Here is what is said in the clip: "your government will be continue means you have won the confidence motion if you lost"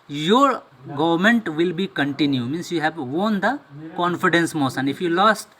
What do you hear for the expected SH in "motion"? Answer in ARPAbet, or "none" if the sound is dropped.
S